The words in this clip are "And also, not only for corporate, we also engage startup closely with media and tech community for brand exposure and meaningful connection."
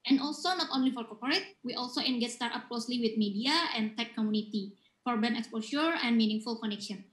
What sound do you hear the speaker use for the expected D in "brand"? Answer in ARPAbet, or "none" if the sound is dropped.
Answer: none